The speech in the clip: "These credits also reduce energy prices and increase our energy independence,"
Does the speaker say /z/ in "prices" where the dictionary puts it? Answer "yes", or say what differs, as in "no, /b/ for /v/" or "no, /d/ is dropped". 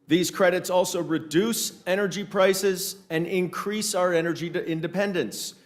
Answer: yes